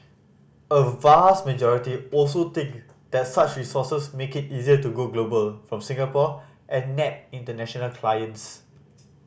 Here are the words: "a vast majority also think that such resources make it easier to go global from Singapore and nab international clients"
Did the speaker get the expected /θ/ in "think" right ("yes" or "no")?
no